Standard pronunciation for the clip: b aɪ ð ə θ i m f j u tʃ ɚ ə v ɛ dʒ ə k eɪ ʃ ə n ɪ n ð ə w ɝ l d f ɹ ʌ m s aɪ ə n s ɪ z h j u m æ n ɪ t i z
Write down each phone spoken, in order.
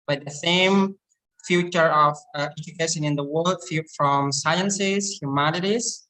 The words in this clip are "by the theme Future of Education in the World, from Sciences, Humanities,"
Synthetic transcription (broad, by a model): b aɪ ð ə s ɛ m f j u tʃ ɚ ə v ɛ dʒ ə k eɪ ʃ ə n ɪ n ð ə w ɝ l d f ɹ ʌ m s aɪ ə n s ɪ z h j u m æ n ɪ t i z